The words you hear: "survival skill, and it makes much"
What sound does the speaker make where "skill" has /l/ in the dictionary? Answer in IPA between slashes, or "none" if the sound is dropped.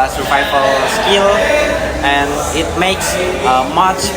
/l/